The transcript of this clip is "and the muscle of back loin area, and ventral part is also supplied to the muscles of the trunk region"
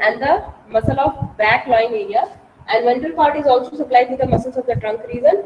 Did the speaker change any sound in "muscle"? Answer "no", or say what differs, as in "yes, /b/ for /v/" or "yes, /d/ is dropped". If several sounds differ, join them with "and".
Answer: no